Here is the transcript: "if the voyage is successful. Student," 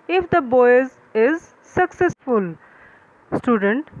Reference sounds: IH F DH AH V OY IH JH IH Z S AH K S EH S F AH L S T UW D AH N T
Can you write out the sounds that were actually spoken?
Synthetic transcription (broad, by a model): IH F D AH B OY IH Z IH Z S AH K S EH S F AH L S T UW D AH N T